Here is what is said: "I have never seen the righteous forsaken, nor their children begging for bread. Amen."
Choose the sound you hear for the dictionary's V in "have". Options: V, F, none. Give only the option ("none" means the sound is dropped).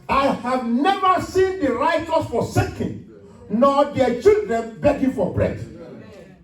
V